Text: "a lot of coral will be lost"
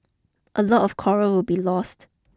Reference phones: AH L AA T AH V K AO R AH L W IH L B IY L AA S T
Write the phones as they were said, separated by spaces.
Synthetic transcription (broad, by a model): AH L AA T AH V K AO R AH W IH L B IY L AA S T